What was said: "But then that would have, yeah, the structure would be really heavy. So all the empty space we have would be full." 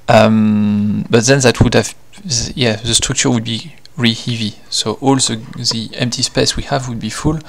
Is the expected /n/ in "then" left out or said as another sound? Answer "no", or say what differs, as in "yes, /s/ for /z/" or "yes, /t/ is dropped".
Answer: no